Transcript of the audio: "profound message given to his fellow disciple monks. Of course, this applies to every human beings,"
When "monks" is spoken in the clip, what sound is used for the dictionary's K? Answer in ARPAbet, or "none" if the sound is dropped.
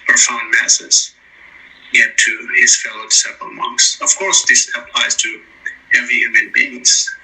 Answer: K